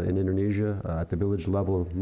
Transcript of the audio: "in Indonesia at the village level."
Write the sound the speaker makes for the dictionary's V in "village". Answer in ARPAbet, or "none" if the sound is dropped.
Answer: V